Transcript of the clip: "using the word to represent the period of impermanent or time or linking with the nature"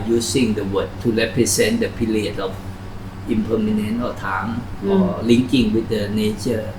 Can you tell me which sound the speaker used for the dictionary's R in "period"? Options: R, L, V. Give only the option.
L